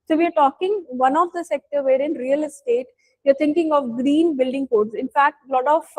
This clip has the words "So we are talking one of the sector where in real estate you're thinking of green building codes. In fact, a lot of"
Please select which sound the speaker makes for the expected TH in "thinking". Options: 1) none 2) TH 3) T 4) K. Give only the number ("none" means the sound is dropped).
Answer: 3